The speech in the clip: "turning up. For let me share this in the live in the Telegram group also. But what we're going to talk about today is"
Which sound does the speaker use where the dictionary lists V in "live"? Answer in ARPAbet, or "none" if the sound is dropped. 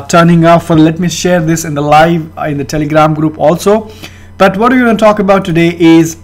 V